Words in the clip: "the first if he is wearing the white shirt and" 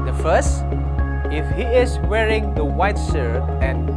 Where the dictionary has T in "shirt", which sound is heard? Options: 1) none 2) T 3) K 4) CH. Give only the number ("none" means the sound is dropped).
1